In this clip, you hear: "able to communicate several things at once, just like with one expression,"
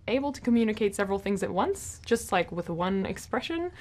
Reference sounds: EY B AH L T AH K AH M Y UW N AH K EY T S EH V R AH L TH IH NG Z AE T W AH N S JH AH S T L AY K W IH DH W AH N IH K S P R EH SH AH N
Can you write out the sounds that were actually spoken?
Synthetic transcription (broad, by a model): EY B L T AH K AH M Y UW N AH K EY T S EH V R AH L TH IH NG Z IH T W AH N S JH AH S T L AY K W IH DH W AH N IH K S P R EH SH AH N